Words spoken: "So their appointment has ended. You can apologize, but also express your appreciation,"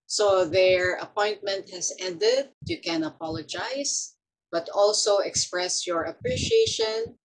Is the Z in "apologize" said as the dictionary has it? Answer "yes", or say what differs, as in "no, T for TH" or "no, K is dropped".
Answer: no, S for Z